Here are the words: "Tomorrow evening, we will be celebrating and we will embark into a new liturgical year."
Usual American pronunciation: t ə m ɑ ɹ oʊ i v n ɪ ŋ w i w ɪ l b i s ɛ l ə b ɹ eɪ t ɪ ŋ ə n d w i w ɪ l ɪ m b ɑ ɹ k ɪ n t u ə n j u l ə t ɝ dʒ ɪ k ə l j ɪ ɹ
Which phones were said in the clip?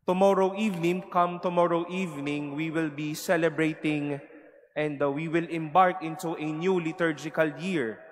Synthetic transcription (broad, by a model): t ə m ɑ ɹ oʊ i v n ɪ ŋ w i w ɪ l b i s ɛ l ə b ɹ eɪ t ɪ ŋ ə n d w i w ɪ l ɪ m b ɑ ɹ k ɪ n t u ə n j u l ə t ɝ dʒ ɪ k ə l j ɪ ɹ